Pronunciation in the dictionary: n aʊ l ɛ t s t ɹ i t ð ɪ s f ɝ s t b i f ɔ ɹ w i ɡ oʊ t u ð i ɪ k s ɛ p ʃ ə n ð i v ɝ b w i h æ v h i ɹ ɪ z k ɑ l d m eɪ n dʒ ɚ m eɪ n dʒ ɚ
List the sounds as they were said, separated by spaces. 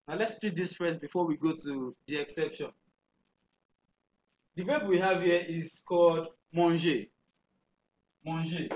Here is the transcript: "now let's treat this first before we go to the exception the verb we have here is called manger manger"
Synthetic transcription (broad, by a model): n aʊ l ɛ t s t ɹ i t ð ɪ s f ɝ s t b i f ɔ w i ɡ oʊ t u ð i ɪ k s ɛ p ʃ ə n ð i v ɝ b w i h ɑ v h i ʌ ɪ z k ɑ l d m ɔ n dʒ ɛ m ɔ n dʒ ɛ